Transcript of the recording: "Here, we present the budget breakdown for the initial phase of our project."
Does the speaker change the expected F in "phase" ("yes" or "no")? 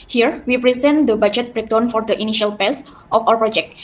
yes